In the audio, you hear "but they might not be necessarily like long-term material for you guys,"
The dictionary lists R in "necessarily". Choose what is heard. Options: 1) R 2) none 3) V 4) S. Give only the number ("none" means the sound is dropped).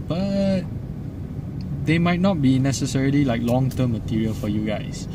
1